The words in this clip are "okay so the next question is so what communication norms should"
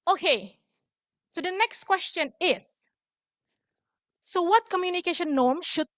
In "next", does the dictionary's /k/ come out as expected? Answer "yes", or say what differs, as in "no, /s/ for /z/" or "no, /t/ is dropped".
yes